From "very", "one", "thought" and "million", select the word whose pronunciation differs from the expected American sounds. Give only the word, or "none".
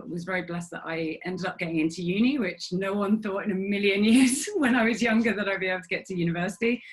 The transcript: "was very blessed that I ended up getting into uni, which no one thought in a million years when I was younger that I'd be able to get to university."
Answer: none